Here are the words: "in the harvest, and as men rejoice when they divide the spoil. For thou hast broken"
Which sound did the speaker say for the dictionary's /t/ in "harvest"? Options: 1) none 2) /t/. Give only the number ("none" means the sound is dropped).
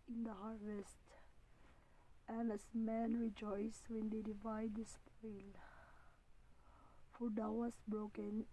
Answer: 2